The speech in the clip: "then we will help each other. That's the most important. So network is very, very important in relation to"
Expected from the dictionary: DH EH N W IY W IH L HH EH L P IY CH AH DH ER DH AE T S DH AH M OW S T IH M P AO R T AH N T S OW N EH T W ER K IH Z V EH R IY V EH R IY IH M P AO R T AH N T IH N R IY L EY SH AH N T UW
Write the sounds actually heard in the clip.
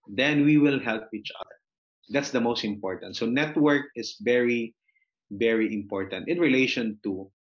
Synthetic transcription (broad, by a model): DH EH N W IY W IH L HH EH L P IY CH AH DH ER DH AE T S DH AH M OW S T IH M P AO R T AH N T S OW N EH T W ER K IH S V EH R IY V EH R IY IH M P AO R T AH N T IH N R IY L EY SH AH N T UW